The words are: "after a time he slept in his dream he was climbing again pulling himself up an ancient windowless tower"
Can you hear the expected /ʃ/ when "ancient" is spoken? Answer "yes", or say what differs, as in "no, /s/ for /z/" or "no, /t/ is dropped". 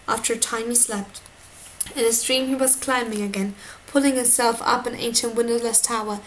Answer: yes